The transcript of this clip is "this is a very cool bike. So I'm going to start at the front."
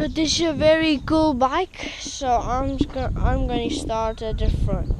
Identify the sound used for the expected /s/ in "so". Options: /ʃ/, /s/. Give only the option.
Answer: /s/